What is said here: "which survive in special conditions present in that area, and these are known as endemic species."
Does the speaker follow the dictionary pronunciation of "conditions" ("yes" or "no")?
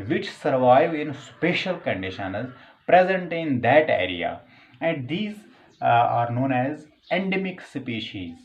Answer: yes